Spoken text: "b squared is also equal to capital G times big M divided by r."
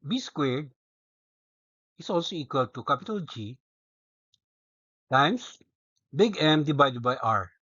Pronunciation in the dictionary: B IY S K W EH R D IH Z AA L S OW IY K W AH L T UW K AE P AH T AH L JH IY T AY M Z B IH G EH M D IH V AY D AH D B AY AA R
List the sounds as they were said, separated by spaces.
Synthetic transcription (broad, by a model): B IY S K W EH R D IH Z AA L S OW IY K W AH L T UW K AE P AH T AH L JH IY T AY M S B IH G EH M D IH B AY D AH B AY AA R